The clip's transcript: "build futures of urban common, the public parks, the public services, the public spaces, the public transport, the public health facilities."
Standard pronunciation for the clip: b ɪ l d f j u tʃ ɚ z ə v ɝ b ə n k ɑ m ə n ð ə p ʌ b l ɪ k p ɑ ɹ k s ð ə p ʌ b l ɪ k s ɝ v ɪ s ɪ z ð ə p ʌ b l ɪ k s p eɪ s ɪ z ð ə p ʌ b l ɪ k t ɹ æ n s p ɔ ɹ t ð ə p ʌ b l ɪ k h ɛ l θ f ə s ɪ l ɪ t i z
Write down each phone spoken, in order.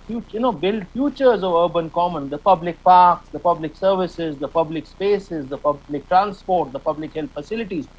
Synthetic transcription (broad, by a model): b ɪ l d f j u tʃ ɚ z ə v ɝ b ə n k ɑ m ə n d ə p ʌ b l ɪ k p ɑ ɹ k s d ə p ʌ b l ɪ k s ɝ v ɪ s ɪ z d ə p ʌ b l ɪ k s p eɪ s ɪ z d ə p ʌ b l ɪ k t ɹ æ n s p ɔ ɹ t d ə p ʌ b l ɪ k h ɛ l t f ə s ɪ l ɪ t i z